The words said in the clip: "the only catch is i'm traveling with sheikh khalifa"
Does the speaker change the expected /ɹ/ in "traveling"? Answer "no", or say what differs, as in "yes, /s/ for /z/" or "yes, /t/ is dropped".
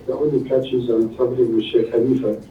yes, /ɹ/ is dropped